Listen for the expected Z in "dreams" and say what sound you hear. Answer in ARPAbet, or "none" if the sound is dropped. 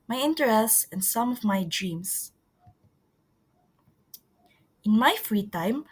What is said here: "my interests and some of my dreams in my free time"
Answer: S